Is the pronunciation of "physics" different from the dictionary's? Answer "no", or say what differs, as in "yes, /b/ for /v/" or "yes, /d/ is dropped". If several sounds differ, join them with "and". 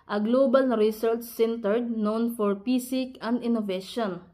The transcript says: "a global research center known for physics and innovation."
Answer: yes, /s/ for /z/ and /s/ is dropped